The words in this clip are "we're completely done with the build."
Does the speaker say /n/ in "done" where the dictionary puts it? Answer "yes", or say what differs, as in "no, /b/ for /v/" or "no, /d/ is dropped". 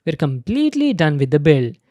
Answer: yes